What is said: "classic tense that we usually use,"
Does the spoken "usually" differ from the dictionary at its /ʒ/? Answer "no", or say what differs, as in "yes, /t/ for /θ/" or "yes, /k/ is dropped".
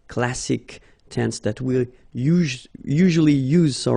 no